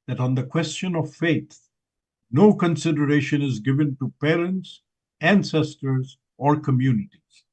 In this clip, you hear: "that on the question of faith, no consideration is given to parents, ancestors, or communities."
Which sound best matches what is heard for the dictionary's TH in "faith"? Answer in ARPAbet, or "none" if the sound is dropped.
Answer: T